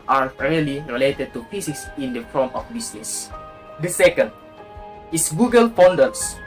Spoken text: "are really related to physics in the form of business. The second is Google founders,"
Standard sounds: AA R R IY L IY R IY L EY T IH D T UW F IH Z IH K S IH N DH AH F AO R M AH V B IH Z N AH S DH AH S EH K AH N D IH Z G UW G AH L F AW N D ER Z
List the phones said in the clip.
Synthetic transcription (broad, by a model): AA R R IY L IY R IY L EY T IH D T UW P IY S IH S IH N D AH F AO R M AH F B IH S N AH S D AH S EH K AH N D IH S G UW G AH L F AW N D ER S